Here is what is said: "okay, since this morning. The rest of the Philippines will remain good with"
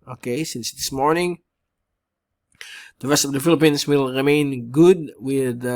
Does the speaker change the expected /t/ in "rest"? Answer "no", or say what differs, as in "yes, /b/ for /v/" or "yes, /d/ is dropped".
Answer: no